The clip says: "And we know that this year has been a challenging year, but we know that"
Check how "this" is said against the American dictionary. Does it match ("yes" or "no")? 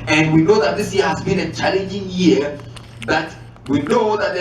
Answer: yes